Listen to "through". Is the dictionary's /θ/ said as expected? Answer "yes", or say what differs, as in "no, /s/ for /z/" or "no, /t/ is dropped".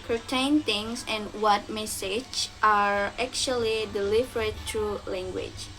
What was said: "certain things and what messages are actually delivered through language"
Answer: no, /t/ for /θ/